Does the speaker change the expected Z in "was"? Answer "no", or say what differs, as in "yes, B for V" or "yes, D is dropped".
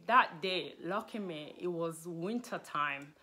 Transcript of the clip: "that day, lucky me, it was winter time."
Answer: no